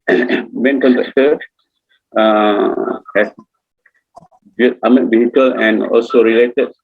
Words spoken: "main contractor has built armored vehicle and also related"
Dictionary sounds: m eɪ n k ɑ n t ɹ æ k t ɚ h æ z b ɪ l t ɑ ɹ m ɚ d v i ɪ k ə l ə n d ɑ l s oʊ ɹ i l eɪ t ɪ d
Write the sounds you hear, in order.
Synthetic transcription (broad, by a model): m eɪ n k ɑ n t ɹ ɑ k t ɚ h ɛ s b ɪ t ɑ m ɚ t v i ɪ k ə l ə n ɑ l s oʊ ɹ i l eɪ t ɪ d